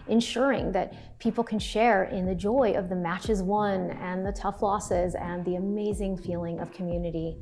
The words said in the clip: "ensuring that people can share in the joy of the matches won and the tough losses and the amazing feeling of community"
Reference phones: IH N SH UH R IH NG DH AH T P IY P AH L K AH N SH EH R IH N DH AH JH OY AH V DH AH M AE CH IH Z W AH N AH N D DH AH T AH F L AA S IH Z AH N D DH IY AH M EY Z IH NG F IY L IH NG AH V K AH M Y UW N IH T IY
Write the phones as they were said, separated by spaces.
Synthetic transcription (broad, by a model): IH N SH UH R IH NG DH AH T P IY P L K AH N SH EH R IH N DH AH JH OY AH V DH AH M AE CH IH Z W AH N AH N DH AH T AH F L AA S IH Z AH N DH IY AH M EY Z IH NG F IY L IH NG AH V K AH M Y UW N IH T IY